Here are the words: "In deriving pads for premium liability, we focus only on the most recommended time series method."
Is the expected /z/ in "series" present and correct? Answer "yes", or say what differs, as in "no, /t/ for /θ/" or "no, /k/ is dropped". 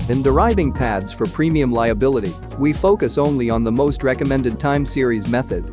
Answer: yes